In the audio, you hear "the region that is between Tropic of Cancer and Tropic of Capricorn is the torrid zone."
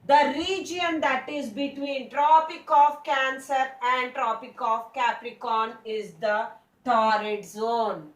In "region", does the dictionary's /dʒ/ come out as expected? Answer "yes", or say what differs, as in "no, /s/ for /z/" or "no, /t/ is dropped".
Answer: yes